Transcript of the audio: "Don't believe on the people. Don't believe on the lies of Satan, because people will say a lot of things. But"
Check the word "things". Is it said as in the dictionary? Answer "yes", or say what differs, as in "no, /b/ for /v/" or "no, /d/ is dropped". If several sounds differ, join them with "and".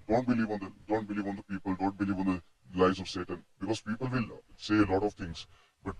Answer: no, /t/ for /θ/